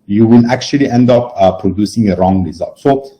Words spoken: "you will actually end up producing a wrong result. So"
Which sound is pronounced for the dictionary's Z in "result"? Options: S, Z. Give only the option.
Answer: Z